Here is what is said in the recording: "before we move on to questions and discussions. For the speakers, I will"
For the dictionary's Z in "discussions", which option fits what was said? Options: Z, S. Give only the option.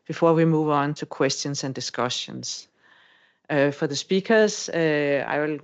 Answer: S